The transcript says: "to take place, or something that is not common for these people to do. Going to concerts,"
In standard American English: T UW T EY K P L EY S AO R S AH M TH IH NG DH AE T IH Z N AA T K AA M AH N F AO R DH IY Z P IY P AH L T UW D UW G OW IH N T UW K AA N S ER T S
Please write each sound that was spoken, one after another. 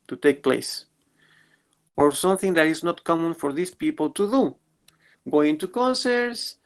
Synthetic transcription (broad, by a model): T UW T EY K P L EY S AO R S AH M TH IH NG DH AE T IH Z N AA T K AA M AH N F AO R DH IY S P IY P AH L T UW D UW G OW IH N T UW K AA N S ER T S